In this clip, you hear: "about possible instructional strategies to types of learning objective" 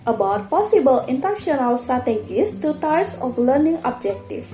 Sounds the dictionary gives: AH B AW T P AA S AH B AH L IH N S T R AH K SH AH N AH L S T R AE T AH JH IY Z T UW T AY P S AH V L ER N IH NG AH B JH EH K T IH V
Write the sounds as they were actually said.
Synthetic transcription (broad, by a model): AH B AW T P AA S AH B AH L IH N T AH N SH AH N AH L S T R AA T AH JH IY S T UW T AY P S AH F L ER N IH NG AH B JH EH K T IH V